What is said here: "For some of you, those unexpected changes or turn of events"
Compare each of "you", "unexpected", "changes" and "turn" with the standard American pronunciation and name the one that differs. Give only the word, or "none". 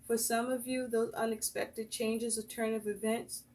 none